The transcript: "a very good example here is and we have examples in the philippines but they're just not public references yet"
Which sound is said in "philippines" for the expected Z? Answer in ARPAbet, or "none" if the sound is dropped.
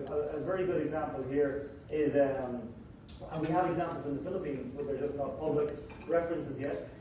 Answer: Z